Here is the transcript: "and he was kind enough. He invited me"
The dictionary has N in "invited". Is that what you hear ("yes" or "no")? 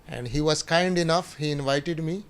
yes